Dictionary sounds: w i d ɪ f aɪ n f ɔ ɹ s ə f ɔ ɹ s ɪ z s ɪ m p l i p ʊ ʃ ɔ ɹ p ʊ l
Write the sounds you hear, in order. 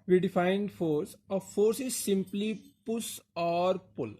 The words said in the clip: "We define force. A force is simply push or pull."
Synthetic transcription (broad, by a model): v i d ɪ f aɪ n f ɔ ɹ s ə f ɔ ɹ s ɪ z s ɪ m p l i p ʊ s ɔ ɹ p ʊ l